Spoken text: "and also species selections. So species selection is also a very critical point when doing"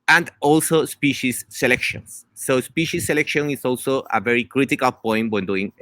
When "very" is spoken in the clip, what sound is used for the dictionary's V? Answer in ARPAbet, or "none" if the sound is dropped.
V